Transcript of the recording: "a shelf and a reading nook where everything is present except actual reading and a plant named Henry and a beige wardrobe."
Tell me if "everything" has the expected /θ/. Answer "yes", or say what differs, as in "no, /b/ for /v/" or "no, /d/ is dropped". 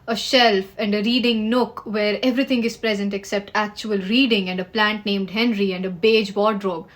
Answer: no, /t/ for /θ/